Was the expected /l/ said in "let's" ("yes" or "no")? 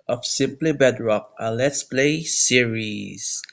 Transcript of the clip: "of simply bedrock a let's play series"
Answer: yes